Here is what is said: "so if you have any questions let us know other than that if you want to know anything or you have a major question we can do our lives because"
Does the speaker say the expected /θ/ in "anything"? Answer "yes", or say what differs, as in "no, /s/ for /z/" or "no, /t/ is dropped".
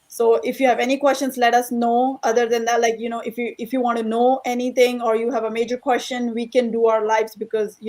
no, /t/ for /θ/